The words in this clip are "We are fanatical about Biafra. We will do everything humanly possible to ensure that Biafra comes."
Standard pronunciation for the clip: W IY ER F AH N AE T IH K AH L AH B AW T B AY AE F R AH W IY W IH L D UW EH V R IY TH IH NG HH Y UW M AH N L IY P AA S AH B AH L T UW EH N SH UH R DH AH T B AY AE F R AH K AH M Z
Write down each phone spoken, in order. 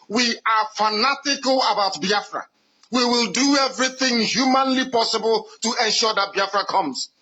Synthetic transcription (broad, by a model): W IY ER F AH N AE T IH K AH L AH B AW T B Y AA F R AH W IY W IH L D UW EH V R IY TH IH NG HH Y UW M AH N L IY P AA S AH B AH L T UW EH N SH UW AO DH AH T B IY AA F R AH K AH M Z